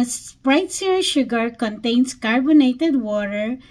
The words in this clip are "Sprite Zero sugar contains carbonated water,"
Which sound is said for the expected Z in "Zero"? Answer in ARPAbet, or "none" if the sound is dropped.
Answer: S